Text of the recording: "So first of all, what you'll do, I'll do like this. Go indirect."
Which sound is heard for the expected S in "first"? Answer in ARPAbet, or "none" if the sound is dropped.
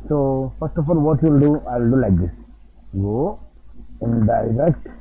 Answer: S